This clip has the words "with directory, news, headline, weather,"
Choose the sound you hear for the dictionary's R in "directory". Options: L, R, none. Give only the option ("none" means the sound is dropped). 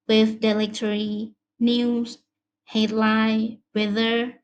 L